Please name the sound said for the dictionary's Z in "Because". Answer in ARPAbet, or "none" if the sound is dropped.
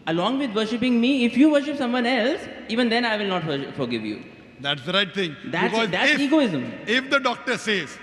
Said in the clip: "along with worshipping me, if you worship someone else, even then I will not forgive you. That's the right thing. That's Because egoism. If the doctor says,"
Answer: S